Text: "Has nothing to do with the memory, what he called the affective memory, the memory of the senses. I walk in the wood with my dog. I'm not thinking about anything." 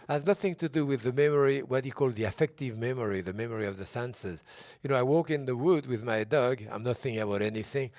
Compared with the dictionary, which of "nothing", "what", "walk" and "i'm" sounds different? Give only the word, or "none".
none